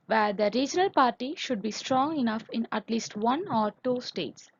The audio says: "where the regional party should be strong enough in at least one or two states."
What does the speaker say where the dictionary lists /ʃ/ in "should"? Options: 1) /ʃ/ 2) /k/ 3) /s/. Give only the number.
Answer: 1